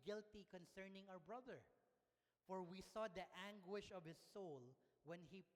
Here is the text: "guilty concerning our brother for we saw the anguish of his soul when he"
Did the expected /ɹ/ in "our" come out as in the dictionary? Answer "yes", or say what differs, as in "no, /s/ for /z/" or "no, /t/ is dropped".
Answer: no, /w/ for /ɹ/